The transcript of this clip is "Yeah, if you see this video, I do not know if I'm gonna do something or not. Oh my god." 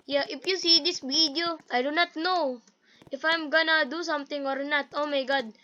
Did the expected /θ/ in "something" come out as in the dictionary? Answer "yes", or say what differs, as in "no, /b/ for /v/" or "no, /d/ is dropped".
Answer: no, /t/ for /θ/